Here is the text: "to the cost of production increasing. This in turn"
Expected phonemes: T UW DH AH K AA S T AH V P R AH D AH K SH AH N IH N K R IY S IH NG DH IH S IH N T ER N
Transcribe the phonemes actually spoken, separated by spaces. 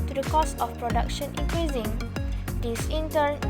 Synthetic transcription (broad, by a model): T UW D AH K AA S AH F P R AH D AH K SH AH N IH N K R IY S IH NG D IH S IH N T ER N